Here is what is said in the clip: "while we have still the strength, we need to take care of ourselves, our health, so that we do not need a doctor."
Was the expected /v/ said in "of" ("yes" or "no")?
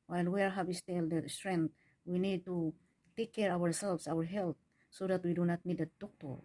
no